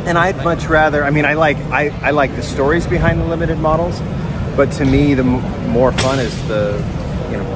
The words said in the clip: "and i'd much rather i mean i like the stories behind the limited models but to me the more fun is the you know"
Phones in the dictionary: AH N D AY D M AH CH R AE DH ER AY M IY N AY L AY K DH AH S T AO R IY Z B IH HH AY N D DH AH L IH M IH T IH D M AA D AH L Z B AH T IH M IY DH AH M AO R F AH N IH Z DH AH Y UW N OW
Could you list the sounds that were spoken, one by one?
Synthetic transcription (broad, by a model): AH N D AY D M AH CH R AE DH ER AY M IY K AY L AY K DH AH S T AO R IY Z B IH HH AY N DH AH L IH M IH T IH D M AA D L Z B AH T IH M IY DH AH M AO R F AH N IH Z DH AH Y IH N OW